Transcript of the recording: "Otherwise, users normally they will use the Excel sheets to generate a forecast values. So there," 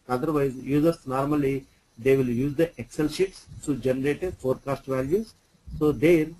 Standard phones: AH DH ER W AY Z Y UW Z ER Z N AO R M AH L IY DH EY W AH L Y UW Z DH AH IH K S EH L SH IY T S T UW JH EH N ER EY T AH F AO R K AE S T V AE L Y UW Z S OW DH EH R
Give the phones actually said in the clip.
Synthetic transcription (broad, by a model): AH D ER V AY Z Y UW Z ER S N AO R M AH L IY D EY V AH L Y UW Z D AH IH K S EH L SH IY T S T UW JH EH N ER EY T AH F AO R K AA S T V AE L Y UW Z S OW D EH R